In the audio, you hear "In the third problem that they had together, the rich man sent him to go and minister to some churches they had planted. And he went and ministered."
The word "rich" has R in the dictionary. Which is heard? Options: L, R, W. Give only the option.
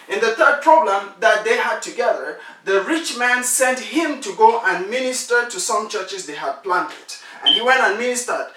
R